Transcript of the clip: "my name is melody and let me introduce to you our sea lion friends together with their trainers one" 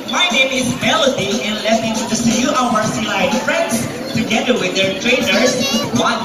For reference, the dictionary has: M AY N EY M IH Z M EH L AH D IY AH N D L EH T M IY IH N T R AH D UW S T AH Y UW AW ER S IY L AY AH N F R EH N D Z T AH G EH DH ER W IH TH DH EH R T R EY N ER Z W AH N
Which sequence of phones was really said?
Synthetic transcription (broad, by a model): M AY N EY M IH Z M EH L AH D IY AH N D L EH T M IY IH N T AH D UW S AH Y UW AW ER S IY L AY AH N F R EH N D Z T AH G EH DH ER W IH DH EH R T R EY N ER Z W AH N